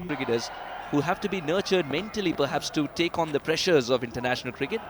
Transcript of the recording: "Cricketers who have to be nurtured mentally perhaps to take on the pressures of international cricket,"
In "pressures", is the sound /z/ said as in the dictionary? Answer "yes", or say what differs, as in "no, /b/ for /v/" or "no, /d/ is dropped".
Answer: yes